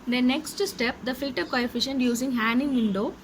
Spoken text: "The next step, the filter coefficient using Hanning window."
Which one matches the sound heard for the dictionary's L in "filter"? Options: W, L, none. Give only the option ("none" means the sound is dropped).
none